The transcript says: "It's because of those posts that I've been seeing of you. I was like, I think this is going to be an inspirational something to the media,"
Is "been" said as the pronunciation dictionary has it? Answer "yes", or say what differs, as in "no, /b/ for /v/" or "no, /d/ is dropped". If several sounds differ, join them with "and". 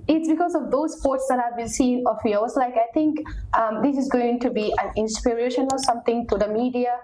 no, /l/ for /n/